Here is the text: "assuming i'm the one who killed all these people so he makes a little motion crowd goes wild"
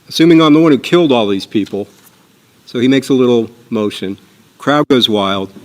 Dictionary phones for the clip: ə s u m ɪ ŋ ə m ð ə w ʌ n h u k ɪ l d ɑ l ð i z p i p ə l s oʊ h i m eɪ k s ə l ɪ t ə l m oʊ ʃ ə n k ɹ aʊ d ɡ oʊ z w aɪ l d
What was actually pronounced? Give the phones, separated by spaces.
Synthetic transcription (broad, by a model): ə s u m ɪ ŋ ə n ð ə w ʌ n h u k ɪ l d ɑ l ð i z p i p l s oʊ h i m eɪ k s ə l ɪ t l m oʊ ʃ ə n k ɹ aʊ d ɡ oʊ z w aɪ l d